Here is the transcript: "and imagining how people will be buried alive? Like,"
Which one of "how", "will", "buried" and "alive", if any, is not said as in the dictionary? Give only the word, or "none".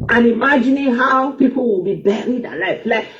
alive